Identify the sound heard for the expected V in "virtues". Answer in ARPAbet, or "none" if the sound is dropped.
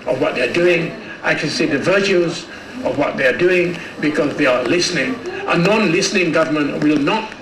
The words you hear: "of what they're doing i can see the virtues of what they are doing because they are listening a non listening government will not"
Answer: V